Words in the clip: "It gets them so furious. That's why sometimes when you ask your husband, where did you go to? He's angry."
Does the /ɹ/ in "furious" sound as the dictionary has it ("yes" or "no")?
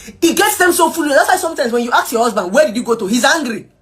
no